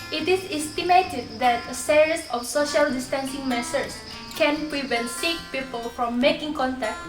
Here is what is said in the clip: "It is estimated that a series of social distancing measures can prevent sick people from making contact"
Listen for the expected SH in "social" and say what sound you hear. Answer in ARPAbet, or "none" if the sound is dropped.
SH